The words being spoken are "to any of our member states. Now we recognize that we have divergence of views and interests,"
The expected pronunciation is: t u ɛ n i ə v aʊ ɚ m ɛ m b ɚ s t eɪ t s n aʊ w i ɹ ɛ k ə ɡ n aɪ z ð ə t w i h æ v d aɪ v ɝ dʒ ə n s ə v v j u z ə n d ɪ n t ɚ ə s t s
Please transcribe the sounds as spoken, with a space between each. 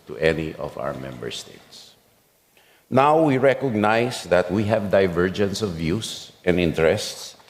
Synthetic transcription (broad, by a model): t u ɛ n i ə v aʊ ɚ m ɛ m b ɚ s t eɪ t s n aʊ w i ɹ ɛ k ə ɡ n aɪ s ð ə t w i h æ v d aɪ v ɝ dʒ ə n s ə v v j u s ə n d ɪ n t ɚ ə s t s